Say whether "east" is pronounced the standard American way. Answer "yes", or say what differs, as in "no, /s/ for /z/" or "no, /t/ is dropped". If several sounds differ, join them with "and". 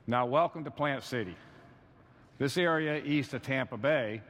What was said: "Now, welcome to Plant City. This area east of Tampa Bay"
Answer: yes